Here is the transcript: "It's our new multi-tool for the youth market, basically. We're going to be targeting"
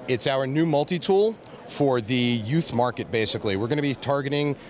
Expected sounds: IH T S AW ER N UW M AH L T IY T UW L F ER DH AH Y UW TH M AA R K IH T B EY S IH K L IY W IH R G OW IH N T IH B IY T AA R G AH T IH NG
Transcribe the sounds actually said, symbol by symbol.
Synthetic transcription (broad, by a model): IH T S AW ER N UW M AH L T IY T UW L F ER DH AH Y UW TH M AA R K IH T B EY S IH K L IY W IH R G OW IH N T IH B IY T AA R G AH T IH NG